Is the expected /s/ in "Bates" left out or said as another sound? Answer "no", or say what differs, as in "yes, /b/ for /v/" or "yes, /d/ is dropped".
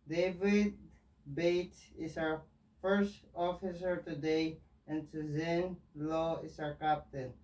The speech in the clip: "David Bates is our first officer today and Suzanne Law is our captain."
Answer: yes, /s/ is dropped